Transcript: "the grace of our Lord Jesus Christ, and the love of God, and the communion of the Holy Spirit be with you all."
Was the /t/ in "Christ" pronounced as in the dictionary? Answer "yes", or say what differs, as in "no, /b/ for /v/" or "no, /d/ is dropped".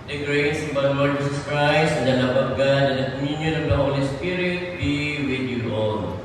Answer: no, /t/ is dropped